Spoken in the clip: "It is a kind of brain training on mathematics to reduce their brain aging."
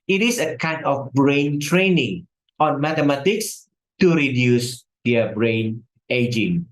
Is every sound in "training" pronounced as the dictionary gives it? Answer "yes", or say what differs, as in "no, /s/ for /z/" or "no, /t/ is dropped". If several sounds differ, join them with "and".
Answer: yes